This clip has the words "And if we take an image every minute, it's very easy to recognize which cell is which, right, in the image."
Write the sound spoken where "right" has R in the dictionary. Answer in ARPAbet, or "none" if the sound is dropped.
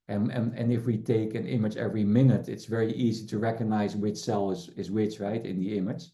R